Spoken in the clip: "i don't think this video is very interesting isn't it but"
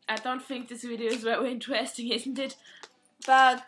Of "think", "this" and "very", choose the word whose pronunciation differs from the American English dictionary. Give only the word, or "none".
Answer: very